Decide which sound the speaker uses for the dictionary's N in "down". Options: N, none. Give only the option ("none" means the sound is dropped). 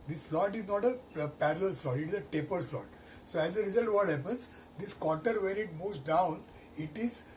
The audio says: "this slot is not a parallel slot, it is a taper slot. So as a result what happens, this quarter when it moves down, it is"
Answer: N